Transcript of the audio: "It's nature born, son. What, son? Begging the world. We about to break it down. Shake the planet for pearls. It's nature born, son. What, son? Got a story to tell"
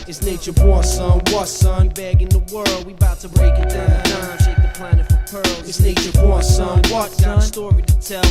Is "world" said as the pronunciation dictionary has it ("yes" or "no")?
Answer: yes